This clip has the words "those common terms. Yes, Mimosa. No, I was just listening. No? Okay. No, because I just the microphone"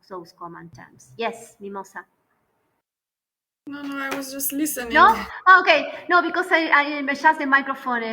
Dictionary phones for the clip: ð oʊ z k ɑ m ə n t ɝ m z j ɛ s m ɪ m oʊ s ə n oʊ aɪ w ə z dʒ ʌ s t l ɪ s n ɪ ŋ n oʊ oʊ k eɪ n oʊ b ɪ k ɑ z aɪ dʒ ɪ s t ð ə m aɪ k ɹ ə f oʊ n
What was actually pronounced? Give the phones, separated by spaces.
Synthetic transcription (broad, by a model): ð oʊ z k ɑ m ə n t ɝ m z j ɛ s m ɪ m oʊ s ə n oʊ aɪ w ə z dʒ ʌ s t l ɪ s ɪ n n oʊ oʊ k eɪ n oʊ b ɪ k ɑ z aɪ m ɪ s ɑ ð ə m aɪ k ɹ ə f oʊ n